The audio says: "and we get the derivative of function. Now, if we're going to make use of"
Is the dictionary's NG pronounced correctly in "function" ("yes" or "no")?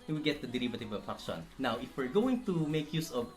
no